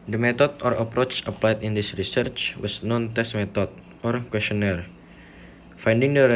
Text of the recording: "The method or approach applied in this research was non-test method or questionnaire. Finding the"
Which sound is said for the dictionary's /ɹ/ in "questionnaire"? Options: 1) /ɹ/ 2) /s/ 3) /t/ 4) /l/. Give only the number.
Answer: 1